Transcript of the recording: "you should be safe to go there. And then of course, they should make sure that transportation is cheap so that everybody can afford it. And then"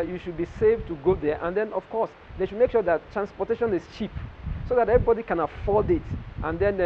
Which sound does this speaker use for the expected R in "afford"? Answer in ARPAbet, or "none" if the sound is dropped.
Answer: L